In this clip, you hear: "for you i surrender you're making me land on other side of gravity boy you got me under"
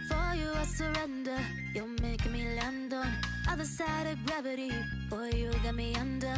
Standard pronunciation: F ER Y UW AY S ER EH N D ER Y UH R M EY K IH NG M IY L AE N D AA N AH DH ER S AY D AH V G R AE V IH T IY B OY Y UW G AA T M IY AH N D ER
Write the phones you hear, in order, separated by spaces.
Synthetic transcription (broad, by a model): F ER Y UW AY S ER EH N D ER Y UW L M EY IH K M IY L AE N D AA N AH DH ER S AY D AH V G R AE V IH T IY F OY Y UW G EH T M IY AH N D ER